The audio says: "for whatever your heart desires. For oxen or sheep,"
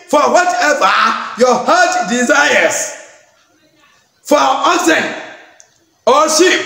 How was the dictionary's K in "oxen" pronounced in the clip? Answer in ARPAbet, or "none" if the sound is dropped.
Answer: none